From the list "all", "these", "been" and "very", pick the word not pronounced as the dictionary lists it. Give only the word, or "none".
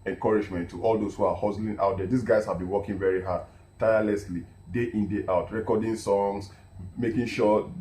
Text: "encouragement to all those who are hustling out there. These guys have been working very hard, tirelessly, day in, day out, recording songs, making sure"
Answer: these